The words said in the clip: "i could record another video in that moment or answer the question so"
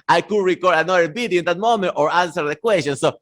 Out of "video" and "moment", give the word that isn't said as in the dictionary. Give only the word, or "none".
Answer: video